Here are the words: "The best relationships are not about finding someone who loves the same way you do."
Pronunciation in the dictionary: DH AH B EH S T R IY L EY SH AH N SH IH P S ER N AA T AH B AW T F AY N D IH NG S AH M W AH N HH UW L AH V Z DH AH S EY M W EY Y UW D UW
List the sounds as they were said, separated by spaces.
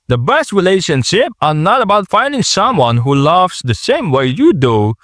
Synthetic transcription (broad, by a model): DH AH B EH S T R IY L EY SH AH N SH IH P ER N AA T AH B AW T F AY N D IH NG S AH M W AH N HH UW L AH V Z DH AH S EY M W EY Y UW D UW